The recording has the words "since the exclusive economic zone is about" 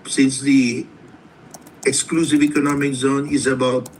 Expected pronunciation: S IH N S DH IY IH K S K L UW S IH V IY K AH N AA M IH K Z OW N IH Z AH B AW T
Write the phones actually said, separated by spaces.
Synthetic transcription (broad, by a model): S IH N S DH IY IH K S K L UW S IH V IY K AH N AA M IH K Z OW N IH Z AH B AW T